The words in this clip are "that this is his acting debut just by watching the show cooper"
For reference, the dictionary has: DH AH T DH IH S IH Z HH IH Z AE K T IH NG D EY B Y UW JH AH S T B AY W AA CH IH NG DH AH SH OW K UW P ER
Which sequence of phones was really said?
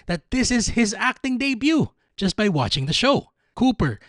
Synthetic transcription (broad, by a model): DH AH T DH IH S IH Z HH IH Z AE K T IH NG D EY B Y UW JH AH S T B AY W AA CH IH NG DH AH SH OW K UW P ER